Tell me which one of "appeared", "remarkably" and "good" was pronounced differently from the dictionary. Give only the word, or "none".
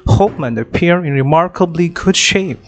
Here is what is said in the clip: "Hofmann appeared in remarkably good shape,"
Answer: appeared